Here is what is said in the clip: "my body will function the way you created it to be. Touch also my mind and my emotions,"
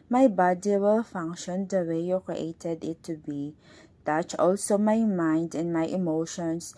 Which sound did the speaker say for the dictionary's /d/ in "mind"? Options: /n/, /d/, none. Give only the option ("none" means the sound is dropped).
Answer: /d/